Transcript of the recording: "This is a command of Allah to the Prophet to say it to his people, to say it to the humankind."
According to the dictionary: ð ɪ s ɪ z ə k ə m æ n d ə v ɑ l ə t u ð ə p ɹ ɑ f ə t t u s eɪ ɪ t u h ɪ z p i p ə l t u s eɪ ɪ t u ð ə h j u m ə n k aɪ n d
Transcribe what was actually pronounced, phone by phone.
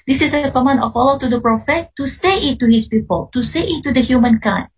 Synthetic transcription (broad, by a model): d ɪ s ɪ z ə k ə m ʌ n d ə f ɑ l ə t u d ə p ɹ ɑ f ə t t u s eɪ ɪ t u h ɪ s p i p ə l t u s eɪ ɪ t u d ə h j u m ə n k aɪ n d